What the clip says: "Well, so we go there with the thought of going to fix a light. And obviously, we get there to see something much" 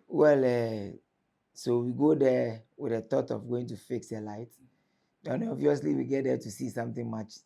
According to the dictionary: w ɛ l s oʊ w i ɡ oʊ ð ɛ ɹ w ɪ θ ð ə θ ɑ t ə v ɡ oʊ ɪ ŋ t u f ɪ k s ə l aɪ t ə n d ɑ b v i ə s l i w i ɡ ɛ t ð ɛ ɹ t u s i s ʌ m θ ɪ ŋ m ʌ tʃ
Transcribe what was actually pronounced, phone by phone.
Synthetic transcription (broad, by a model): w ɛ l s oʊ w i ɡ oʊ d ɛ w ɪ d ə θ ɑ t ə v ɡ oʊ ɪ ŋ t u f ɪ k s ə l aɪ t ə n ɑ v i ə s l i w i ɡ ɛ t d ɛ t u s i s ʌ m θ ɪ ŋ m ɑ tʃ